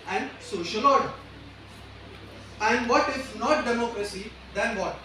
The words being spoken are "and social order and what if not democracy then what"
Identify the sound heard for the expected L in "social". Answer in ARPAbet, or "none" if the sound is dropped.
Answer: L